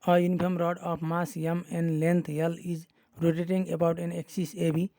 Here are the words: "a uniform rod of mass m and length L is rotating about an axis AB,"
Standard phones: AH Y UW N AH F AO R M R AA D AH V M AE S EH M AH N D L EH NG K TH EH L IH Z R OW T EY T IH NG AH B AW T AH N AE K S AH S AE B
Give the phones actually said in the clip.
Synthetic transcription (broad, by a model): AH Y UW N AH P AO M R AA D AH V M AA S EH M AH N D L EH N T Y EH L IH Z R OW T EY T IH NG AH B AW T AH N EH K S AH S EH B